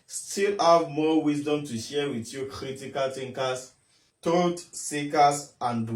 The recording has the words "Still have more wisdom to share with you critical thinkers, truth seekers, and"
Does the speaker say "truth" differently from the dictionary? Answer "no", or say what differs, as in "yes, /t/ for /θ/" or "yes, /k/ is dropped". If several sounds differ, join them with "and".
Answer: yes, /t/ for /θ/